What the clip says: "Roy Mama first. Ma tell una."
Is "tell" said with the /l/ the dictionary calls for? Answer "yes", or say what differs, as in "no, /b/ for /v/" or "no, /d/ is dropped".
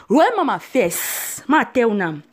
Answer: no, /w/ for /l/